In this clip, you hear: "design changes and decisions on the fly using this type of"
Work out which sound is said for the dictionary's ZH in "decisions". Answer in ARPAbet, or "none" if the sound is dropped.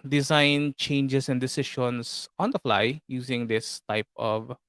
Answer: SH